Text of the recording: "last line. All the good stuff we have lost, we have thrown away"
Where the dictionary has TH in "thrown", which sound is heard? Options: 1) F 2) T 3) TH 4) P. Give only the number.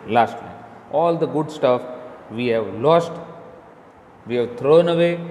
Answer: 2